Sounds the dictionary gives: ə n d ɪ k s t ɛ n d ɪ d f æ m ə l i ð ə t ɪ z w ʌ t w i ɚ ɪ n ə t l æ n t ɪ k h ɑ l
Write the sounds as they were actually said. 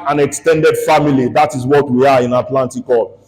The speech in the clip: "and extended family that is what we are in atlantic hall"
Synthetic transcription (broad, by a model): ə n ɪ k s t ɛ n d ɪ d f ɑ m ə l i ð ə t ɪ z w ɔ t w i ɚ ɪ n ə t l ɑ n t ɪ k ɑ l